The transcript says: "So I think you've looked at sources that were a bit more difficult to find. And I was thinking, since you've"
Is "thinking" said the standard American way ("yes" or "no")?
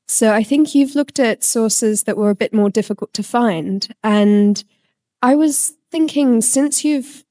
yes